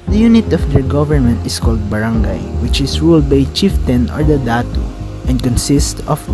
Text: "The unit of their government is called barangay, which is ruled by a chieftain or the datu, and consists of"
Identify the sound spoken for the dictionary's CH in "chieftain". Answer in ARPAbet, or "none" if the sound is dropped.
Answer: CH